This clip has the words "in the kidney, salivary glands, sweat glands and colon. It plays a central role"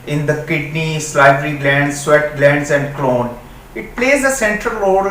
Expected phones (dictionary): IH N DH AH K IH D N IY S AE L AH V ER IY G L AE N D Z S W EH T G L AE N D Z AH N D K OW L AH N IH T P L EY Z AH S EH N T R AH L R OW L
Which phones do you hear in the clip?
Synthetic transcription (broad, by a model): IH N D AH K IH D N IY S L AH B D IY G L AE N D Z S W EH T G L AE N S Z AH N D K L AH N IH T P L EY Z AH S EH N T R AH L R OW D